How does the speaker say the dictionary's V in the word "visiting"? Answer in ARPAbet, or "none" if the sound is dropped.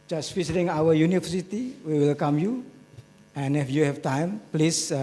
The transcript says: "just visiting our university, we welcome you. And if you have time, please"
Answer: F